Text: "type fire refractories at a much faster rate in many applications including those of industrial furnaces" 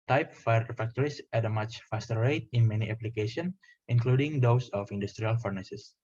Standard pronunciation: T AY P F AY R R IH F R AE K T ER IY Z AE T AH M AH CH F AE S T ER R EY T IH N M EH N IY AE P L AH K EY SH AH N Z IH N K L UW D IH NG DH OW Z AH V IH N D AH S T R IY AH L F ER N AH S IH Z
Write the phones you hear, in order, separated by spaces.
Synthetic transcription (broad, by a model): T AY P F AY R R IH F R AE K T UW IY S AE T AH M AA CH F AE S T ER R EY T IH N M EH N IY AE P L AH K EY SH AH N S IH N K L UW D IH NG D OW S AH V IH N D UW S T R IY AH L F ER N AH S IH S